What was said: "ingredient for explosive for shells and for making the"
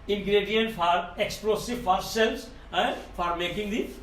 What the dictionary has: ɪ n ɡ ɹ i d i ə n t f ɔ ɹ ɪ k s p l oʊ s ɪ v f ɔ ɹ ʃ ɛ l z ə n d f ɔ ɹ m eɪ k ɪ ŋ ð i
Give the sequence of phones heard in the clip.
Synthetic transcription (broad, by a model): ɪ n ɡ ɹ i d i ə n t f ɔ ɹ ɪ k s p l oʊ s ɪ v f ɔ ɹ s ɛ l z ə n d f ɔ ɹ m eɪ k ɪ ŋ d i